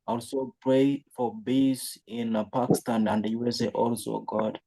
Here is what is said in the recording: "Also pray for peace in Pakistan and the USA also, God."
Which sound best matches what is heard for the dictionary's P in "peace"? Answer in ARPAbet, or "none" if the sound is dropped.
B